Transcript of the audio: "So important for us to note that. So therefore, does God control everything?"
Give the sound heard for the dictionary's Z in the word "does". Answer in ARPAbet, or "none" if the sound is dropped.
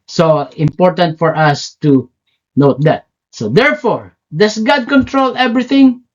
S